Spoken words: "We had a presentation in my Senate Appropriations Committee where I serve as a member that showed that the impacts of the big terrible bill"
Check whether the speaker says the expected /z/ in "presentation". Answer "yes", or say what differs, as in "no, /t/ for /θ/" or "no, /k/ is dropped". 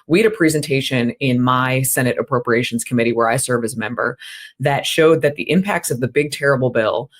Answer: yes